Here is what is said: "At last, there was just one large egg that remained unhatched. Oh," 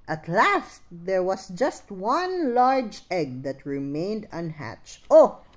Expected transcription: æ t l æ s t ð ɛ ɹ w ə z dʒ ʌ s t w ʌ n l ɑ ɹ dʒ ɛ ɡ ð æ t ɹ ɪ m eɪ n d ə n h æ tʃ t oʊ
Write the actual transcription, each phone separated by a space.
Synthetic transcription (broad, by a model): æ t l æ s t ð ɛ ɹ w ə s dʒ ʌ s t w ʌ n l ɑ ɹ dʒ ɛ ɡ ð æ t ɹ ɪ m eɪ n d ə n h æ tʃ t oʊ